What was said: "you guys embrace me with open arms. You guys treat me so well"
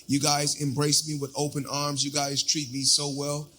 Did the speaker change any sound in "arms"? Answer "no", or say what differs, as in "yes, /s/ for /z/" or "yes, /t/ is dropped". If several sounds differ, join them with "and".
no